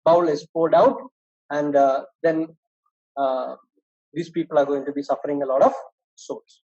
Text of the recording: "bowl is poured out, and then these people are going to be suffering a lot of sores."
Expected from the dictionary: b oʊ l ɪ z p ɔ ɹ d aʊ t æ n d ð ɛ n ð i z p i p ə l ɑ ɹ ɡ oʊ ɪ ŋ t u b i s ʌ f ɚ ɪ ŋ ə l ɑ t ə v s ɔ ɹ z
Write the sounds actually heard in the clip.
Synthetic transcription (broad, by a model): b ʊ l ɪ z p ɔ l d aʊ t æ n d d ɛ n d i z p i p ə l ɑ ɹ ɡ oʊ ɪ ŋ t u b i s ʌ f ɚ ɪ ŋ ə l ɑ t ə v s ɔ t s